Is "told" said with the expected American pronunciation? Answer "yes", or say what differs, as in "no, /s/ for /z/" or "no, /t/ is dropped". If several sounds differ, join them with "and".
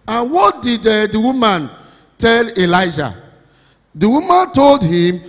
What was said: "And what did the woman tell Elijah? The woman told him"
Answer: yes